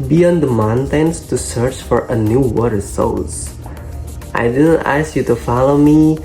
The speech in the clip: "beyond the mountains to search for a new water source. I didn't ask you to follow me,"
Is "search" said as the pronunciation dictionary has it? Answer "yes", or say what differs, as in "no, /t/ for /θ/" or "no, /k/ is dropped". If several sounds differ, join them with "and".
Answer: yes